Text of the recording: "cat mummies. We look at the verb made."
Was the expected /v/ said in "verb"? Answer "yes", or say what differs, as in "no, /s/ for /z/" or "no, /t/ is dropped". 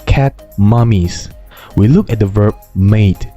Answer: yes